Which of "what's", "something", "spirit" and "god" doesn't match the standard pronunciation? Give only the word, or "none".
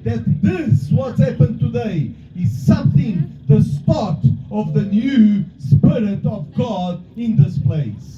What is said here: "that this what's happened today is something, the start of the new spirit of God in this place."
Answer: none